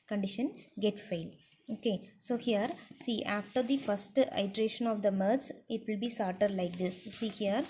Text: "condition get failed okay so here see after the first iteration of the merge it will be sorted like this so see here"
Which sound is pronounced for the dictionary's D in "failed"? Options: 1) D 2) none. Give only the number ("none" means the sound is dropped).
2